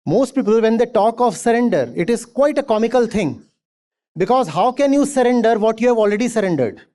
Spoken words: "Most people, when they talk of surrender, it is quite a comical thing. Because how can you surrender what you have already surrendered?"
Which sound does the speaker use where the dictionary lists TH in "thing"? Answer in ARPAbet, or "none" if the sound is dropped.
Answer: T